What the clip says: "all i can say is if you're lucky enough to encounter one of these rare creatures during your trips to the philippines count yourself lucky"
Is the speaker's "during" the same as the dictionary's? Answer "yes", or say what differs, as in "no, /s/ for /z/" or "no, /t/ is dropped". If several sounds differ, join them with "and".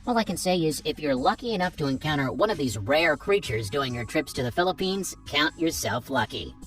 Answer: no, /ɹ/ is dropped